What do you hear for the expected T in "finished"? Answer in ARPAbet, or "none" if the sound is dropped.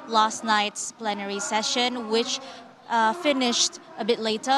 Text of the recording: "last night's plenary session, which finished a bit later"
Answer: T